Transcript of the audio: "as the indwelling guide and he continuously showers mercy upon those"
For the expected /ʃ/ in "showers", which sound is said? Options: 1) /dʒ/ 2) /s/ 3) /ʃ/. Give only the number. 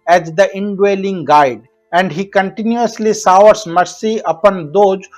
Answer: 2